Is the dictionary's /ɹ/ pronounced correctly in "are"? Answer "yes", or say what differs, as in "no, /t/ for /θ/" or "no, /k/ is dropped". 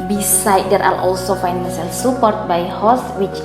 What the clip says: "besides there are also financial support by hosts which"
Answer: no, /l/ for /ɹ/